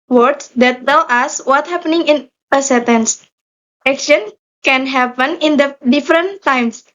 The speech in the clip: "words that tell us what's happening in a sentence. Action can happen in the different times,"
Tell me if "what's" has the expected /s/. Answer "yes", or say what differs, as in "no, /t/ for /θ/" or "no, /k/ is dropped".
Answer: no, /s/ is dropped